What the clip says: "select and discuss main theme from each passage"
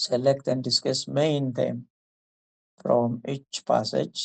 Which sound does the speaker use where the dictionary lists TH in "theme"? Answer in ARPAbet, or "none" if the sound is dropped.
T